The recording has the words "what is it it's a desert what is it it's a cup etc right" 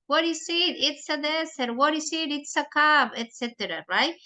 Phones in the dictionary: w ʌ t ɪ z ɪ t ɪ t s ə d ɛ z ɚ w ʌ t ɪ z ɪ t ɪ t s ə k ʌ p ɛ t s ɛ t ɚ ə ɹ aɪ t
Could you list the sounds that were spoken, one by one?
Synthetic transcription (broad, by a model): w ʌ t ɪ s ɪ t ɪ t s ə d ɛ s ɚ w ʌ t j s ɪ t ɪ t s ə k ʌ b ɛ t s ɛ t ɚ ə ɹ aɪ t